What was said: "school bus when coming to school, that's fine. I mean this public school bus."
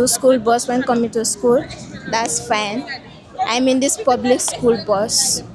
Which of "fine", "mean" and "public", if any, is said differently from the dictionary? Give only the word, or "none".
none